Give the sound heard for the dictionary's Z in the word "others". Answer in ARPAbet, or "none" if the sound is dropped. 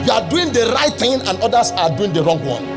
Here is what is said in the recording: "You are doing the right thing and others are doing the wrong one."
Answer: S